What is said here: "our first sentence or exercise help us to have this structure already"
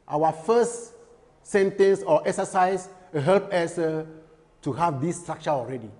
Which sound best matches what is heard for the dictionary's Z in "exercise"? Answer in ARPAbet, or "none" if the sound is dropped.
S